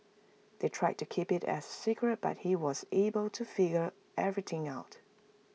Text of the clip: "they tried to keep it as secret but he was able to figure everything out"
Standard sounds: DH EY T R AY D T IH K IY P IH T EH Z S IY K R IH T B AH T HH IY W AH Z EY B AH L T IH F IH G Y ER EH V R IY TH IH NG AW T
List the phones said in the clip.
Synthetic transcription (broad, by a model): DH EY T R AY D T IH K IY P IH T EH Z S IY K R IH T B AH T HH IY W AH Z EY B AH L T IH F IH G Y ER EH V R IY TH IH NG AW T